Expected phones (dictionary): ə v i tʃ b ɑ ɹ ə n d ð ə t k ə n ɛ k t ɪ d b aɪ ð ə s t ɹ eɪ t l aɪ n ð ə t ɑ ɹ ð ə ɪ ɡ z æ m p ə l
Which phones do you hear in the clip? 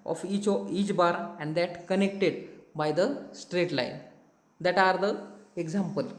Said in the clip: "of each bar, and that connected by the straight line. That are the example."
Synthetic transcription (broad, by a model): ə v i tʃ b ɑ ɹ ə n d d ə t k ə n ɛ k t ɪ d b aɪ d ə s t ɹ eɪ t l aɪ n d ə t ɑ ɹ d ə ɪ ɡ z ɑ m p ə l